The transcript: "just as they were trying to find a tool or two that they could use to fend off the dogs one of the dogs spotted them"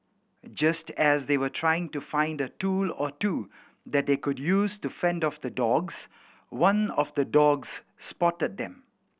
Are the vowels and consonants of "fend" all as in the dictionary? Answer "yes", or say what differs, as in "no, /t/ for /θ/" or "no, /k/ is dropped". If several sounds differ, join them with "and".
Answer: yes